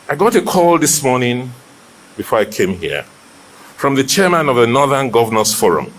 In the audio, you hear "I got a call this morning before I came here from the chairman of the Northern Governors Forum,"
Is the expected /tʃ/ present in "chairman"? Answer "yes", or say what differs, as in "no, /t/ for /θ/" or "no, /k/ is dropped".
yes